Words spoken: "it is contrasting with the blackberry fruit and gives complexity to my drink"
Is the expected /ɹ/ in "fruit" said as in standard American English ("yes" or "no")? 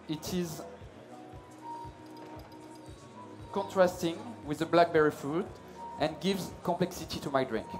no